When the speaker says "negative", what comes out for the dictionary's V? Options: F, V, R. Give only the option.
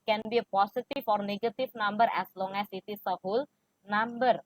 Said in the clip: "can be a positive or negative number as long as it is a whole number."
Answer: F